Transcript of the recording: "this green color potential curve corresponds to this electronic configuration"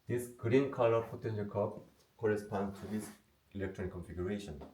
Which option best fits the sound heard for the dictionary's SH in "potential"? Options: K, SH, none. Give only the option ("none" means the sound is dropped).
none